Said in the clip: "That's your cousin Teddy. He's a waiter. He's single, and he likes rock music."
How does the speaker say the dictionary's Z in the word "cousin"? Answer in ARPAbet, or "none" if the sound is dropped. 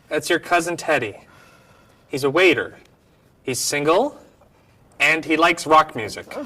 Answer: Z